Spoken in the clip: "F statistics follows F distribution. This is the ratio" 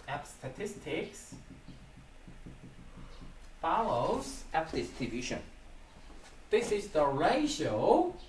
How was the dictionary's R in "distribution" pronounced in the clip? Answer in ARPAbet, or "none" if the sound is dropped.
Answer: none